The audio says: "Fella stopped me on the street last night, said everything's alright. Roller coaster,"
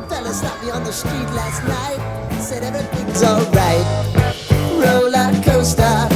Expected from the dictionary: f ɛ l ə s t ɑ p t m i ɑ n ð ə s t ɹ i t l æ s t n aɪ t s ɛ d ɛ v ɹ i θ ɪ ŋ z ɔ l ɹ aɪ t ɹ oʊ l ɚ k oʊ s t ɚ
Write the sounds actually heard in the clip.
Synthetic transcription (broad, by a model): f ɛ l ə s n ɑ t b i ɑ n ð ə s t ɹ i t l æ s t n aɪ t s ɛ d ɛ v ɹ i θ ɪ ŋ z ɔ l ɹ aɪ t ɹ oʊ l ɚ k oʊ s t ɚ